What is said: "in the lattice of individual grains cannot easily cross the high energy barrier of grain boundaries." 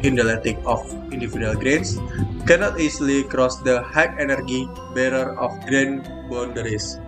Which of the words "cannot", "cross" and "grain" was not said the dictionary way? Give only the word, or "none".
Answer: none